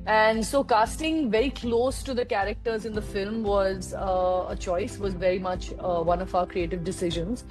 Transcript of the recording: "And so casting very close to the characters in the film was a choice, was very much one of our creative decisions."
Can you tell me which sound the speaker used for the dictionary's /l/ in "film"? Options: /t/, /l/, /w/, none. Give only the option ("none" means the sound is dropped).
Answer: /l/